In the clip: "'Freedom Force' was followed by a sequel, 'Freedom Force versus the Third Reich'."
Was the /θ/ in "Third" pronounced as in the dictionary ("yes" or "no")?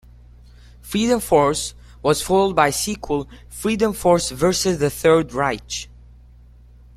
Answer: yes